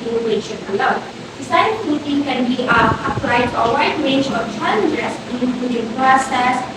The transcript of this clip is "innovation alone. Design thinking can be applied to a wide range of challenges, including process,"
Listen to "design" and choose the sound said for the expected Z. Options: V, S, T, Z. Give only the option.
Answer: S